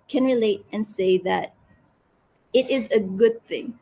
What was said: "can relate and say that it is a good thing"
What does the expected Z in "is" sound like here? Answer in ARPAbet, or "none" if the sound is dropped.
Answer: Z